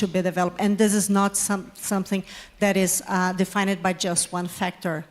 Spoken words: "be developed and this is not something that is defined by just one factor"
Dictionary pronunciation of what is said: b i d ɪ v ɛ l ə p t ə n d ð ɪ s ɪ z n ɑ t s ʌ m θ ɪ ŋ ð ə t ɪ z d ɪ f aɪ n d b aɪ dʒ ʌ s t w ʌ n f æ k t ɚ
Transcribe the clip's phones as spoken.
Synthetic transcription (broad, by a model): b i d ɪ v ɛ l ə p t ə n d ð ɪ s ɪ z n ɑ t s ʌ m θ ɪ ŋ ð ə t ɪ z d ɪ f aɪ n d b aɪ dʒ ʌ s t w ʌ n f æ k t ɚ